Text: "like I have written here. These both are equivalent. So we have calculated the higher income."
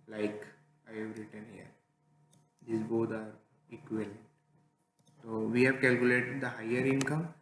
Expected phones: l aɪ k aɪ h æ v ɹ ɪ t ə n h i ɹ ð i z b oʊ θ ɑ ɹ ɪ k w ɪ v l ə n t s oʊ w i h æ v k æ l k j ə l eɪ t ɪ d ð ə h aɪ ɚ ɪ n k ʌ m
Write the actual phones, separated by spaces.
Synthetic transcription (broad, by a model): l aɪ k aɪ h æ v ɹ ɪ t ə n h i ɹ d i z b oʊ t ɑ ɹ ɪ k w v ə l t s oʊ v i h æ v k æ l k j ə l eɪ t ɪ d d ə h aɪ ɚ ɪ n k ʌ m